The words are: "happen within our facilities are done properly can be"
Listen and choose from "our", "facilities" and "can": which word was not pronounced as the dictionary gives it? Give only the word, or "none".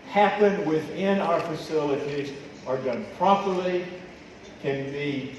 none